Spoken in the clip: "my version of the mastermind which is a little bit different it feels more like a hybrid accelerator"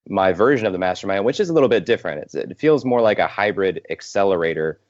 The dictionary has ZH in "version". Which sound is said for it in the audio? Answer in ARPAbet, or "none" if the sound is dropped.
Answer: ZH